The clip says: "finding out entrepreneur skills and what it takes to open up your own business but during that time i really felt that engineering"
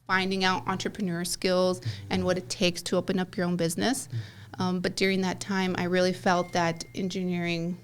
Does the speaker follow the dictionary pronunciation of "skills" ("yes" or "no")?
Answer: yes